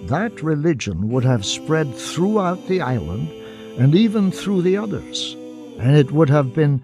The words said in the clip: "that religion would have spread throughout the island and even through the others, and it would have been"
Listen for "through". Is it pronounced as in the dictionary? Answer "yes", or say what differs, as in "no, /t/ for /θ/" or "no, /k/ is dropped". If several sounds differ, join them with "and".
yes